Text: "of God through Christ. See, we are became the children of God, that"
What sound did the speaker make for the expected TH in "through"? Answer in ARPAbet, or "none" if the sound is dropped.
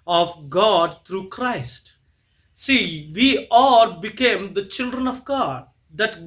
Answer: T